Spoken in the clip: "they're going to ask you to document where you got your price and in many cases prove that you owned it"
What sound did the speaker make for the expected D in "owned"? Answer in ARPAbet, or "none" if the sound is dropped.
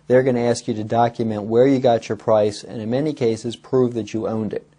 D